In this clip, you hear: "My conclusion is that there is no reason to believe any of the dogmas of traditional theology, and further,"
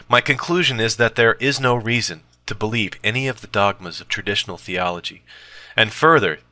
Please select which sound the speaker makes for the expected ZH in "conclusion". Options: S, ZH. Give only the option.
ZH